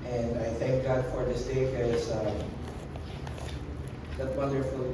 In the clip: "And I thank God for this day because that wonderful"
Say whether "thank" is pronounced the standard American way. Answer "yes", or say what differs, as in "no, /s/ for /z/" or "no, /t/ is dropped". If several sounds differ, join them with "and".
yes